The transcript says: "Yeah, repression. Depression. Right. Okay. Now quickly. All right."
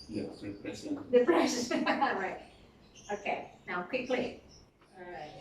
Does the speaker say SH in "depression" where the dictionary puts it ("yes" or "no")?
no